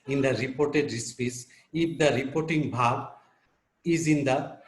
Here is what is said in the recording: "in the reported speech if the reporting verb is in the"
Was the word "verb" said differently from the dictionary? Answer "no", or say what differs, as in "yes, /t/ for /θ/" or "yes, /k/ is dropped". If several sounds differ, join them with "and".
yes, /b/ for /v/